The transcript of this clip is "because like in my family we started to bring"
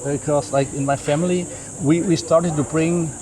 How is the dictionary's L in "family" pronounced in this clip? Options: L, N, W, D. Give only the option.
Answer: W